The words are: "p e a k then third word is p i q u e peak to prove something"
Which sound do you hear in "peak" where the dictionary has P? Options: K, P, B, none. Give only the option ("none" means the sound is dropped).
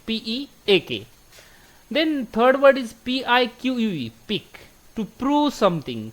P